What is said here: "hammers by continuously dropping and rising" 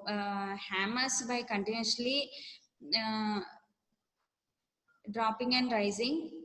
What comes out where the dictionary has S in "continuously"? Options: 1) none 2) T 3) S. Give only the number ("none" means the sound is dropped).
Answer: 1